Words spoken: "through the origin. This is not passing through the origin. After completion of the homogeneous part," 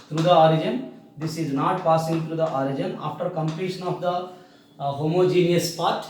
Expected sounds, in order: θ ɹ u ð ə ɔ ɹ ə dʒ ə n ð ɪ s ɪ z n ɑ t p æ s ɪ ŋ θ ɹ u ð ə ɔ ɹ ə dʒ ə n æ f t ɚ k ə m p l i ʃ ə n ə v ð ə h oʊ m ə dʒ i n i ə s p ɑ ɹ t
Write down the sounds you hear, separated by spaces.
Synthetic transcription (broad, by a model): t ɹ u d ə ɔ ɹ ə dʒ ə n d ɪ s ɪ z n ɑ t p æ s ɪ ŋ t ɹ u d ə ɔ ɹ ə dʒ ə n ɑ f t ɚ k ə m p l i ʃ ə n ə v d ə h oʊ m ə dʒ i n i ə s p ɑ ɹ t